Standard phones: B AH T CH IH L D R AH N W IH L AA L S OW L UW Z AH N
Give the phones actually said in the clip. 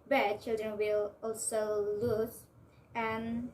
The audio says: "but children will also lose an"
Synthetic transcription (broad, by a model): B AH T CH IH L D R AH N W IH L AA L S OW L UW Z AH N